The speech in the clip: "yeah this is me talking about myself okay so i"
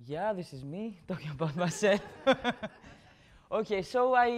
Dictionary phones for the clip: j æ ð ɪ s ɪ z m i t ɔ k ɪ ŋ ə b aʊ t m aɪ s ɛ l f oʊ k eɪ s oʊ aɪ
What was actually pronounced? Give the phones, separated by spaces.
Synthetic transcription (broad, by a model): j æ ð ɪ s ɪ z m i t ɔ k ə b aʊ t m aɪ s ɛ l oʊ k eɪ s oʊ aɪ